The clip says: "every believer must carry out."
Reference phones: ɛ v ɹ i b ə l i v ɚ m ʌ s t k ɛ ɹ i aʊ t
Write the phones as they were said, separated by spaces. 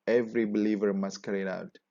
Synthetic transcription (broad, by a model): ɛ v ɹ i b ə l i v ɚ m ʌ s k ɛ ɹ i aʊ t